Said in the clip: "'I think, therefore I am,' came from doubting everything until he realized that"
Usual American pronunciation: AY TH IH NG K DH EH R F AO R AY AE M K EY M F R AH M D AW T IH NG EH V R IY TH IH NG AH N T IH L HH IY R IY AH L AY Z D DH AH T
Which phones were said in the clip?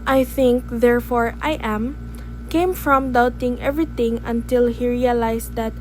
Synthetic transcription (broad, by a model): AY TH IH NG K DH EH R F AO R AY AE M K EY M F R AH M D AW T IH NG EH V R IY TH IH NG AH N T IH L HH IY R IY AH L AY S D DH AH T